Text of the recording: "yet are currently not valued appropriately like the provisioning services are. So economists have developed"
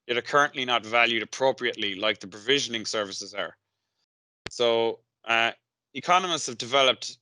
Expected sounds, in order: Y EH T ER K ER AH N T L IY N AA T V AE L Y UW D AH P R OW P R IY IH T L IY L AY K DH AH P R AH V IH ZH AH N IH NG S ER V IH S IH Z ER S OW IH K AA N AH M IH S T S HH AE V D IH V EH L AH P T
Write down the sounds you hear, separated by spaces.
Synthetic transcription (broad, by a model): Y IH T ER K ER AH N T L IY N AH T V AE L Y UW D AH P R OW P R IY IH T L IY L AY K DH AH P R AH V IH ZH AH N IH NG S ER V IH S IH Z ER S OW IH K AA N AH M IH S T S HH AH V D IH V EH L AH P T